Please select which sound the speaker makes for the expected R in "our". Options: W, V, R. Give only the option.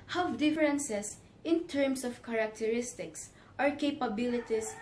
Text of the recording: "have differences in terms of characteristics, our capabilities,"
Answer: R